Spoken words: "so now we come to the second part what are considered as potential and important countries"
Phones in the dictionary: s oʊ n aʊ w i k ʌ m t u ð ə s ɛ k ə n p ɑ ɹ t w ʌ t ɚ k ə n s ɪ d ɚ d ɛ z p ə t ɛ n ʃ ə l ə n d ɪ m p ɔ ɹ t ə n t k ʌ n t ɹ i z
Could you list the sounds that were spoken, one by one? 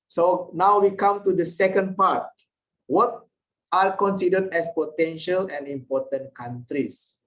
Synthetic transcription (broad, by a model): s oʊ n aʊ w i k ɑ m t u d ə s ɛ k ə n p ɑ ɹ t w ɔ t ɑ k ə n s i d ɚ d ɛ s p ə t ɛ n ʃ ə l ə n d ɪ m p ɔ t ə n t k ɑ n t ɹ i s